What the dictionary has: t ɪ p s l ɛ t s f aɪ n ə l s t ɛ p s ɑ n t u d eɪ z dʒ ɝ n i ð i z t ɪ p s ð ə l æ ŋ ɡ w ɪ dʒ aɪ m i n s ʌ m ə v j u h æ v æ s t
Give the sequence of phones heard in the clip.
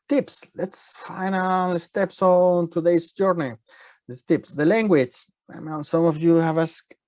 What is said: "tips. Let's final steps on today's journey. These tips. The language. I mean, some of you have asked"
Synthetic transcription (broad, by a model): t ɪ p s l ɛ t s f aɪ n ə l s t ɛ p s ɑ n t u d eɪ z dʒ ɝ n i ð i t ɪ p s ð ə l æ ŋ ɡ w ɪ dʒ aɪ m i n s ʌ m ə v j u h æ v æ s